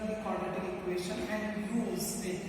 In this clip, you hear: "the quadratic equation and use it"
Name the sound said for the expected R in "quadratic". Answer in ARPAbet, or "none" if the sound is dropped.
none